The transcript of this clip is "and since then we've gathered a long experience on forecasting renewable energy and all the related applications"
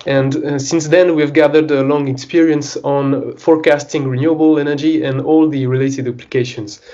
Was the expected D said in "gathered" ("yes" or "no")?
yes